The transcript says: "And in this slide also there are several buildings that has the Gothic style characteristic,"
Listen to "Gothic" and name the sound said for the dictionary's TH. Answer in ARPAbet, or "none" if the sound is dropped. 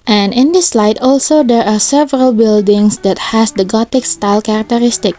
T